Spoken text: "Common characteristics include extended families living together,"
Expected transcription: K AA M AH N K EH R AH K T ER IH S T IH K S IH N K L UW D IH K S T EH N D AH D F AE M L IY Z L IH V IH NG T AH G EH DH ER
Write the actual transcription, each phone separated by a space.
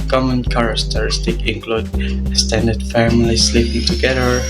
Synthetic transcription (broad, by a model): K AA M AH N K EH R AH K T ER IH S T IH K IH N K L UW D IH S T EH N D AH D F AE M L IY S L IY P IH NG T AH G EH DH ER